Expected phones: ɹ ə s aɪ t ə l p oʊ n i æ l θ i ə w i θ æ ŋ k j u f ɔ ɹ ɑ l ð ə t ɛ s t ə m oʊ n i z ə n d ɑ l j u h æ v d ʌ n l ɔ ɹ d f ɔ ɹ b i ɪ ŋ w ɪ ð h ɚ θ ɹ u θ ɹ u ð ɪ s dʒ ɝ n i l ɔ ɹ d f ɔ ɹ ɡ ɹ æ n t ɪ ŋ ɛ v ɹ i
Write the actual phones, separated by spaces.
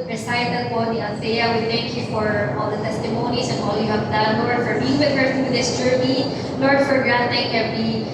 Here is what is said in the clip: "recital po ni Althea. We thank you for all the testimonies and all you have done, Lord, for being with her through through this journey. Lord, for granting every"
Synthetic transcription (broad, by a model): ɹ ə s aɪ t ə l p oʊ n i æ n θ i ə w i θ æ ŋ k j u f ɔ ɹ ɑ l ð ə t ɛ s t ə m oʊ n i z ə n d ɑ l j u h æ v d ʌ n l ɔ ɹ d f ɔ ɹ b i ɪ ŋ w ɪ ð h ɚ ɹ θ ɹ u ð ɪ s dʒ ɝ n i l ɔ ɹ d f ɔ ɹ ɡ ɹ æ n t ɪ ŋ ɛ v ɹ i